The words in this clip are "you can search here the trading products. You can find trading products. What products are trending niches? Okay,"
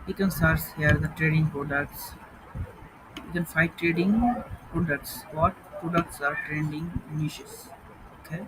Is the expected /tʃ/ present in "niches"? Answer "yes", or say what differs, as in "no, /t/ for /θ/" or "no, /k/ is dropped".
no, /ʃ/ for /tʃ/